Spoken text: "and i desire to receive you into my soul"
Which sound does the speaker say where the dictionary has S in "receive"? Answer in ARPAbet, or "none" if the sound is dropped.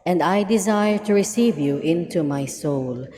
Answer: S